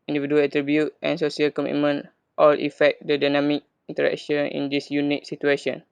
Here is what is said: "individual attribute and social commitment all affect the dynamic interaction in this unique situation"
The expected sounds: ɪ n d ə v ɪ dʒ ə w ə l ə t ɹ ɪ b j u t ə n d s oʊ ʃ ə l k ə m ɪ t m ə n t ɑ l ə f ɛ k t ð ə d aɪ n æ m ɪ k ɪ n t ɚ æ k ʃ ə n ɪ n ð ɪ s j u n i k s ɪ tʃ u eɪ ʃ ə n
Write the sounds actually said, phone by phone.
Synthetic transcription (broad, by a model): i n d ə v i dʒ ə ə l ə t ɹ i b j u t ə n s oʊ s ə l k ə m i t m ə n t ɑ l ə f ɛ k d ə d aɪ n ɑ m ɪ k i n t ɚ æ k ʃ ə n ɪ n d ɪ s j u n i k s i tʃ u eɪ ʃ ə n